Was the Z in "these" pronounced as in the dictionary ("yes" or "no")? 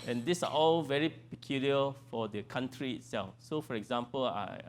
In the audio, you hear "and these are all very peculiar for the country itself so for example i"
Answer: no